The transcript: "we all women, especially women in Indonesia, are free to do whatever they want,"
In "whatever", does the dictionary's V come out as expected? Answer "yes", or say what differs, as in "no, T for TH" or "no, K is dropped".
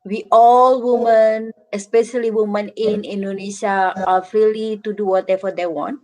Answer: no, F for V